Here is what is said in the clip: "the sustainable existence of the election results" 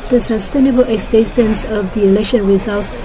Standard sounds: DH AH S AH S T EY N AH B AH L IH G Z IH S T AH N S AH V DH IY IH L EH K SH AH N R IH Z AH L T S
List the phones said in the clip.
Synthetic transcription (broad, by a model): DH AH S AH S T EY N AH B AH L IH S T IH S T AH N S AH V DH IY IH L EH K SH AH N R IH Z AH L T S